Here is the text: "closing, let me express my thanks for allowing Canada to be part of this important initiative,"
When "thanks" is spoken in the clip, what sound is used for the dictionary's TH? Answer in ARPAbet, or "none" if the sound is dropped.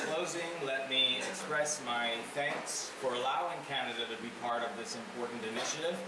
TH